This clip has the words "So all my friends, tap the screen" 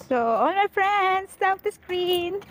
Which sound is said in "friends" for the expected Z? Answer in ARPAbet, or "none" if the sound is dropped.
S